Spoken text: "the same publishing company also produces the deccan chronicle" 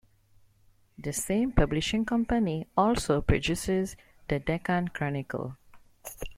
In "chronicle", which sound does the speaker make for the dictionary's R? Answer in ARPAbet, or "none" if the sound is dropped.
R